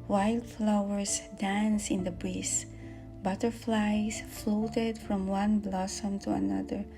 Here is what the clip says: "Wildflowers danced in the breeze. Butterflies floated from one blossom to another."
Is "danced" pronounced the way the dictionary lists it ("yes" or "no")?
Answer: no